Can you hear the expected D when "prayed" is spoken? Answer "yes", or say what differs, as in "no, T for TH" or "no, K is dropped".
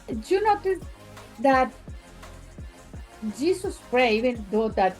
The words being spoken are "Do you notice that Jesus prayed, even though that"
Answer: no, D is dropped